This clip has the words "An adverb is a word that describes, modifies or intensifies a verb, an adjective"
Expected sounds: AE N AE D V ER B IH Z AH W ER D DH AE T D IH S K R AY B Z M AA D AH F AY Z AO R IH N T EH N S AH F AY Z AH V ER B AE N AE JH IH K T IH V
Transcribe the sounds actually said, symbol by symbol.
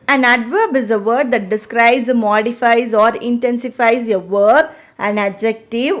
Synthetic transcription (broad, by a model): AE N AE D V ER B IH Z AH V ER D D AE T D IH S K R AY B Z M AA D AH F AY Z AO R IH N T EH N S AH F AY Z AH V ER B AE N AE JH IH K T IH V